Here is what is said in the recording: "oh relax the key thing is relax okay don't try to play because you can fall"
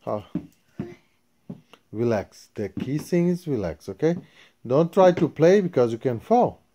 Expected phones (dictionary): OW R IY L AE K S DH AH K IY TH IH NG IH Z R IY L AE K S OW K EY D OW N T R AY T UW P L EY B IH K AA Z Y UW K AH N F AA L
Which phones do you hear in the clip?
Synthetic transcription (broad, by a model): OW R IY L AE K S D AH K IY S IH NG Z R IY L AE K S OW K EY D OW N T R AY T UW P L EY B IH K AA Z Y UW K AH N F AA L